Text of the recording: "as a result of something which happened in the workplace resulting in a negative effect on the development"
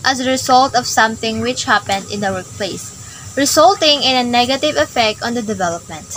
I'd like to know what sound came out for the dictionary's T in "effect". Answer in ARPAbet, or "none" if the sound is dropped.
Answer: T